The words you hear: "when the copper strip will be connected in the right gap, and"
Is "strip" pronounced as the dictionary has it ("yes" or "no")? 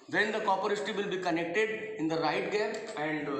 no